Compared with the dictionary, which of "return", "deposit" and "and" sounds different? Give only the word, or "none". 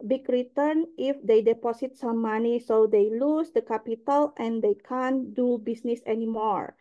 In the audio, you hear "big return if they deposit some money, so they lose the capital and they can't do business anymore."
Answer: deposit